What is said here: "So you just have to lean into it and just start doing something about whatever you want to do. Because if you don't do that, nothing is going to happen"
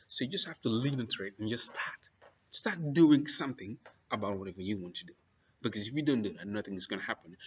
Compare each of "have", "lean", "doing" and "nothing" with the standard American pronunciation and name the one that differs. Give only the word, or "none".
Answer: have